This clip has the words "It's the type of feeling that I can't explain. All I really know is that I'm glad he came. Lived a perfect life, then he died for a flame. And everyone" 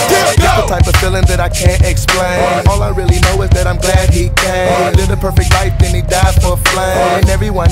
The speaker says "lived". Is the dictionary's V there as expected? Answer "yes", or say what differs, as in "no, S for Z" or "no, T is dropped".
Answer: no, V is dropped